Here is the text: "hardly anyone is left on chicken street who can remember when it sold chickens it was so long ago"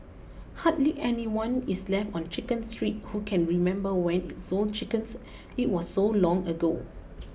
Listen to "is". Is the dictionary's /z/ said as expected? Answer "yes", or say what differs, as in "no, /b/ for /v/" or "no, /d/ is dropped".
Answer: no, /s/ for /z/